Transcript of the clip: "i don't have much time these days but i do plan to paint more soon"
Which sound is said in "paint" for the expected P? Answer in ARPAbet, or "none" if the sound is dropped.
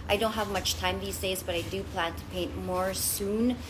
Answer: P